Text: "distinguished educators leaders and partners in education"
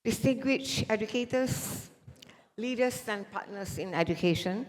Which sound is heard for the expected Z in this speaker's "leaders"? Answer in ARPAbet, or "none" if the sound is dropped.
S